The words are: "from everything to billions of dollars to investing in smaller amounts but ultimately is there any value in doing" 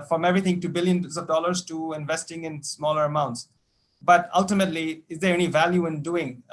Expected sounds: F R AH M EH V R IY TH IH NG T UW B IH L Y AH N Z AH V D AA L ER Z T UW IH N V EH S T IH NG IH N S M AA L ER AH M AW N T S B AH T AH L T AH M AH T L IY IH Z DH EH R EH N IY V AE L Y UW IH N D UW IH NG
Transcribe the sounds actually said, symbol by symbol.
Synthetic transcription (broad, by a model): F R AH M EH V R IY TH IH NG T UW B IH L Y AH N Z AH V D AA L ER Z T UW IH N V EH S T IH NG IH N S M AA L ER AH M AW N T S B AH T AH L T AH M AH T L IY IH Z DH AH R EH N IY V AE L Y UW IH N D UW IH NG